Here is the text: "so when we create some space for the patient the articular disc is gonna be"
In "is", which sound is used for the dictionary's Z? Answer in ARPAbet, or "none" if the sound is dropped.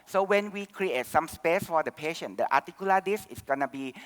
S